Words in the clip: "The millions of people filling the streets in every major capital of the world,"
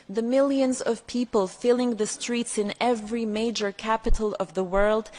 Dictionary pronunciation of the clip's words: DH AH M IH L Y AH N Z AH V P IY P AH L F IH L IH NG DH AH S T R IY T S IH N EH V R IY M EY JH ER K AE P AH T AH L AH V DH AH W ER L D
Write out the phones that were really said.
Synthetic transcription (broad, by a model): DH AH M IH L Y AH N Z AH V P IY P AH L F IH L IH NG DH AH S T R IY T S IH N EH V R IY M EY JH ER K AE P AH T L AH V DH AH W ER L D